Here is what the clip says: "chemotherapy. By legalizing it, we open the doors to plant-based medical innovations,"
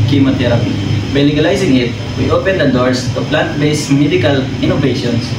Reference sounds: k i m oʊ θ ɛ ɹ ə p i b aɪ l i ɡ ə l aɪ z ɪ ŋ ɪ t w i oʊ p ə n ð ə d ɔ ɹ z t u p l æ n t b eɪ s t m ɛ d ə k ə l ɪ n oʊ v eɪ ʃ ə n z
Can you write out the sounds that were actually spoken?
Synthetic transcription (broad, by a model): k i m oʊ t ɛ ɹ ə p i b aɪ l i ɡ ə l aɪ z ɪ ŋ ɪ t w i oʊ p ə n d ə d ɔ ɹ s t u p l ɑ n t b eɪ s m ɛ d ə k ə l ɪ n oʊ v eɪ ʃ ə n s